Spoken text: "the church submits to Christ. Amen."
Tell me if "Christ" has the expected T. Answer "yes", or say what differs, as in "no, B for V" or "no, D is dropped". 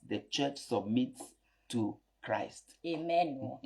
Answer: yes